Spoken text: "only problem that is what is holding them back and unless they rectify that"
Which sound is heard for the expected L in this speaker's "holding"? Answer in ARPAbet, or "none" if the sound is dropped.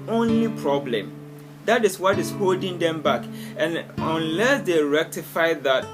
L